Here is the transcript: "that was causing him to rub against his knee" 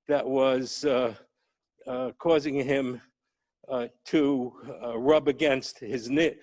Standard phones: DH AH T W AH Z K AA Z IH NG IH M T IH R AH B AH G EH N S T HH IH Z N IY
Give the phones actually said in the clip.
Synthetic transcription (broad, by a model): DH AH T W AH Z K AA Z IH NG IH M T IH R AH B AH G EH N S T HH IH Z N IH